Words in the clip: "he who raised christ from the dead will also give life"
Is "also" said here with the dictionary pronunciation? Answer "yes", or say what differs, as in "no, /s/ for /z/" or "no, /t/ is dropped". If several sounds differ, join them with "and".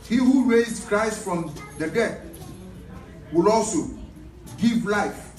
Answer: yes